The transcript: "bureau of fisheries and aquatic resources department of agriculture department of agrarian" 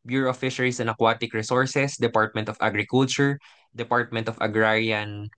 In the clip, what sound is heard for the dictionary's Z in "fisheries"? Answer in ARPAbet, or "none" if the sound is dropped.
S